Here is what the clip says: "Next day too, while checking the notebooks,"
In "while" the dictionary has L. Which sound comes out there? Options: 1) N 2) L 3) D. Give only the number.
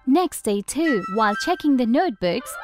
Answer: 2